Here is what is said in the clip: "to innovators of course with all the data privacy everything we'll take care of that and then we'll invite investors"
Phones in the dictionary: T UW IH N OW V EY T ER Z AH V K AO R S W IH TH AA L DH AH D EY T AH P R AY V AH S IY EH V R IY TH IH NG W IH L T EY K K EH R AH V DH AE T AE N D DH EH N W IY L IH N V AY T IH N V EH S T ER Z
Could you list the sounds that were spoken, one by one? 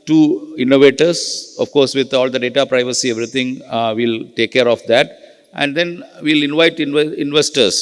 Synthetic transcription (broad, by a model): T UW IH N OW V EY T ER S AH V K AO R S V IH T AA L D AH D EY T AH P R AY V AH S IY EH V R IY T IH NG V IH L T EY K K EH R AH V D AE T AE N D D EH N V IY L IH N V AY T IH N V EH S T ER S